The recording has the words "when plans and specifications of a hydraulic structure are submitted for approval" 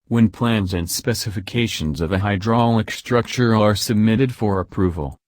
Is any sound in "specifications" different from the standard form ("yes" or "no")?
no